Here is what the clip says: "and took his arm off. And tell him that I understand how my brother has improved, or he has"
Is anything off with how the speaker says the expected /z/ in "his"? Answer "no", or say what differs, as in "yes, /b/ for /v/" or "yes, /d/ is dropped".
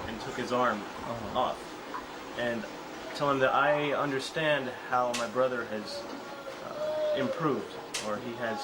no